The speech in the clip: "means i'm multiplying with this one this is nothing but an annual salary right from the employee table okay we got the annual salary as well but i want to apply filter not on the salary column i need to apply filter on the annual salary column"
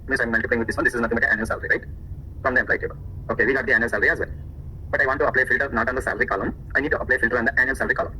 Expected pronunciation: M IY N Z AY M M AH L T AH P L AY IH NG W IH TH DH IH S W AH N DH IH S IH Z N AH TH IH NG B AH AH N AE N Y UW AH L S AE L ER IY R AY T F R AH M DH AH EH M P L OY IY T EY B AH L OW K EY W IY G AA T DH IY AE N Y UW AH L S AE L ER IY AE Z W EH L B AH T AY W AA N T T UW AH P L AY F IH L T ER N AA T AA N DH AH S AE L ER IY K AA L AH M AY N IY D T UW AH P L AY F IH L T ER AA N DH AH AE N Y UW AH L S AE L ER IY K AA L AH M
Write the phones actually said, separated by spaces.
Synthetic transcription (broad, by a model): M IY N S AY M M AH L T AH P L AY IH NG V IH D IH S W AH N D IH S IH Z N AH T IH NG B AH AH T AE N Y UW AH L S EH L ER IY R AY T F R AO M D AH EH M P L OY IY T EY B AH L OW K EY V IY G AA T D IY AE N Y UW AH L S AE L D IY AE Z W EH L B AH T AY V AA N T T UW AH P L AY F IH L T ER N AA T AA N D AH S AE L ER IY K AA L AH M AY N IY D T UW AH P L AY F IH L T ER AA N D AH AE N Y UW AH L S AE L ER IY K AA L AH M